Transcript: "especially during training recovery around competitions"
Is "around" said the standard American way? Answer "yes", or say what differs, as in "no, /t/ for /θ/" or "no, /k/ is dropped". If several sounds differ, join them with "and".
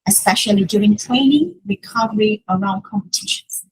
no, /l/ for /n/